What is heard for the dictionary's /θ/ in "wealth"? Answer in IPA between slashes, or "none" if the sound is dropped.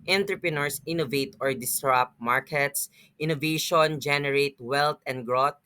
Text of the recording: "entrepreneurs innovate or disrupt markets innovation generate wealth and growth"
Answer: /t/